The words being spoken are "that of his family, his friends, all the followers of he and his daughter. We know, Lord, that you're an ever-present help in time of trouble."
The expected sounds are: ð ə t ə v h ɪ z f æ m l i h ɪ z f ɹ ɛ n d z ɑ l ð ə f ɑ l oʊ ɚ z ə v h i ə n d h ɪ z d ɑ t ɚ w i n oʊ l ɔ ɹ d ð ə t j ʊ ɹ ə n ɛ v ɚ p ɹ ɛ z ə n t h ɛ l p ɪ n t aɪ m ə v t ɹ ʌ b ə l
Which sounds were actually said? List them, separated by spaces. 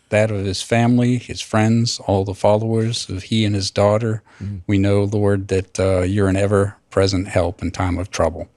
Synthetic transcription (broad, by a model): ð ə t ə v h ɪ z f æ m l i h ɪ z f ɹ ɛ n d z ɑ l ð ə f ɑ l oʊ ɚ z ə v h i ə n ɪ z d ɑ t ɚ w i n oʊ l ɔ ɹ d ð ə t j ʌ ɹ ə n ɛ v ɚ p ɹ ɛ z ə n t h ɛ l p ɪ n t aɪ m ə v t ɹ ʌ b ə l